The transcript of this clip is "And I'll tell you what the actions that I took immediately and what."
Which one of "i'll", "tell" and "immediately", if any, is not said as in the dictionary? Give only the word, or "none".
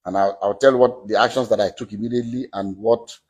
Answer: i'll